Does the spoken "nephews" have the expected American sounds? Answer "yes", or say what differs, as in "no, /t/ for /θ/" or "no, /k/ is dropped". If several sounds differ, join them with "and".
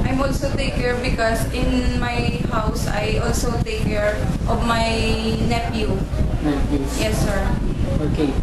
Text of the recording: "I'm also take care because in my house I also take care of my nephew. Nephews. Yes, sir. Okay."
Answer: no, /z/ is dropped